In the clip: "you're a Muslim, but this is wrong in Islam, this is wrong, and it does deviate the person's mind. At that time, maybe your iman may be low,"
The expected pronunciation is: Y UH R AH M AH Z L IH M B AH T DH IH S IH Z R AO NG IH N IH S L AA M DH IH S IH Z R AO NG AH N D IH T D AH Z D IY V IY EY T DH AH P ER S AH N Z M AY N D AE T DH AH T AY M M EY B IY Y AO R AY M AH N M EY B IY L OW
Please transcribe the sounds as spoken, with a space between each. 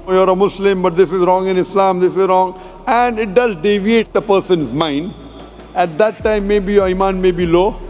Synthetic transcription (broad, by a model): Y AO R AH M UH S L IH M B AH T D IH S IH Z R AO NG IH N IH S L AA M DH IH S IH Z R AO NG AH N D IH T D AH Z D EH V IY EY T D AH P ER S AH N Z M AY N D AE T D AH T AY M M EY B IY Y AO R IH M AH N M EY B IY L OW